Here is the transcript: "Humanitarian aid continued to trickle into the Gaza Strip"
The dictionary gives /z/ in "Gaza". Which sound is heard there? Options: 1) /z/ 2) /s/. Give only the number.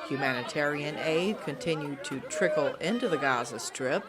1